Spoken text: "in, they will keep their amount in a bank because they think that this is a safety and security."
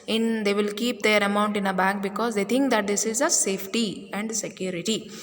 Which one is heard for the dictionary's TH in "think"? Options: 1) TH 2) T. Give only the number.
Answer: 2